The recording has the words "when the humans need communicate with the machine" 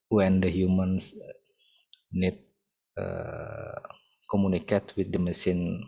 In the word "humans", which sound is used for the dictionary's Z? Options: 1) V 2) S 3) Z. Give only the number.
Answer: 2